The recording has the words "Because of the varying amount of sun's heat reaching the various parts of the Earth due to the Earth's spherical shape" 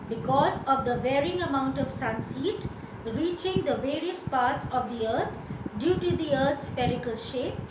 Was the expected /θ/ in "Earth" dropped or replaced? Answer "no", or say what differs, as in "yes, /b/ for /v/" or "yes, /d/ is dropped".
yes, /t/ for /θ/